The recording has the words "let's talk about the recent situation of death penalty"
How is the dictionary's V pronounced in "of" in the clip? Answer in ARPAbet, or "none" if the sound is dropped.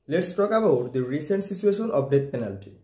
B